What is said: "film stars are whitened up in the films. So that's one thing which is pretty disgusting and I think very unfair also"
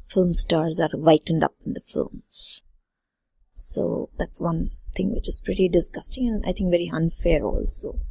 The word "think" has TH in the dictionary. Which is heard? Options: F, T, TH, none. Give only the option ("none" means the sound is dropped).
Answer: T